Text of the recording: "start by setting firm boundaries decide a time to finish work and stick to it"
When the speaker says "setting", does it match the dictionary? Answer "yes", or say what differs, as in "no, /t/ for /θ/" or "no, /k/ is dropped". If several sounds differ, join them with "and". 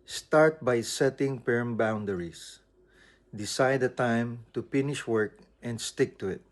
yes